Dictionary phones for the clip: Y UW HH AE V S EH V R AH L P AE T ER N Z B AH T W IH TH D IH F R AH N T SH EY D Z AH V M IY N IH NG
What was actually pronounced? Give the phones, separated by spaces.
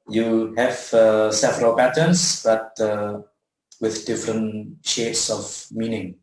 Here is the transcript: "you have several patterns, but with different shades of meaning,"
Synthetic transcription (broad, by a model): Y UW HH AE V S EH F R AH P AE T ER N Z B AH T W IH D D IH F R AH N T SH EY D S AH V M IY N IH NG